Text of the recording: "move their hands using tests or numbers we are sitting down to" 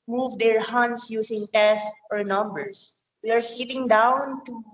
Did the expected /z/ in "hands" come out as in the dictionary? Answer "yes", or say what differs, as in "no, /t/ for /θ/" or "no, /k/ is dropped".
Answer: no, /s/ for /z/